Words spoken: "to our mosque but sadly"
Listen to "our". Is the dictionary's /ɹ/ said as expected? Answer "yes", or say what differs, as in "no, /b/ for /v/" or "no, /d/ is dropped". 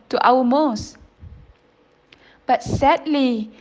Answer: no, /w/ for /ɹ/